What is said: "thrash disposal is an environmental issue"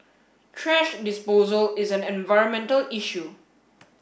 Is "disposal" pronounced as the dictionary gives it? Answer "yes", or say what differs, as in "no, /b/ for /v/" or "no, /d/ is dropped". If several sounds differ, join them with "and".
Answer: yes